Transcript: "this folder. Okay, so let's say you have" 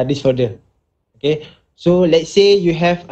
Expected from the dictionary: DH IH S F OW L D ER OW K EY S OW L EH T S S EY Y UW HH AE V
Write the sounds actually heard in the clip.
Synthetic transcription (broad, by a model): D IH S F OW D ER OW K EY S OW L EH T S S EY Y UW HH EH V